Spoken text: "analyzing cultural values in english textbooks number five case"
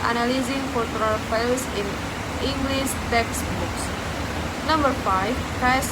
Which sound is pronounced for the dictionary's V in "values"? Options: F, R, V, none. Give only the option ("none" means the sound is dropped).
F